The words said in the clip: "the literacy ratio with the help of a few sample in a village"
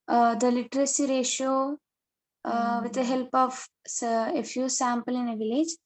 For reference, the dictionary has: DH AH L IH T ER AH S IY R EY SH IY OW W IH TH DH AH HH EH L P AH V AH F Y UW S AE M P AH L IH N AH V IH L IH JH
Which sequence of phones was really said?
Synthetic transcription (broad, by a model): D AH L IH T ER AH S IY R EY SH IY OW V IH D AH HH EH L P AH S AH F Y UW S AE M P AH L IH N AH V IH L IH JH